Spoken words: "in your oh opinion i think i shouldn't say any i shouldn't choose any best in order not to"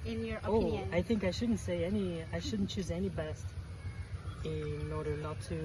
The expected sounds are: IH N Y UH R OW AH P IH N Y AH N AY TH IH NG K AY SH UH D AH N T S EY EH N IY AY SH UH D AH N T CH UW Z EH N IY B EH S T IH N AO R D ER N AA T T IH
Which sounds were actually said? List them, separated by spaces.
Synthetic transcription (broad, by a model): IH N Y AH R OW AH AA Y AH TH IH NG K AY SH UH D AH N T S EY EH N IY AY SH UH D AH N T CH UW Z EH N IY B EH S T IH N AO R D ER N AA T T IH